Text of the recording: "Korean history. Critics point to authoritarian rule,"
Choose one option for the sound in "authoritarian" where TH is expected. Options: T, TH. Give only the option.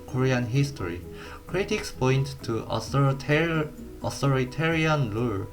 T